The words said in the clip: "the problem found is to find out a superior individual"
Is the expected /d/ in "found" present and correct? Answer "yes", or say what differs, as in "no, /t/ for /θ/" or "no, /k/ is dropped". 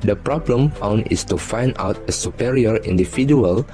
no, /d/ is dropped